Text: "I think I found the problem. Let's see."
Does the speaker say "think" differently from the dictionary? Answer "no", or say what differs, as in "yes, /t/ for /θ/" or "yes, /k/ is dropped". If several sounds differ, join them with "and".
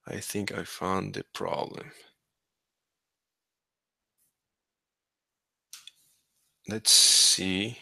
no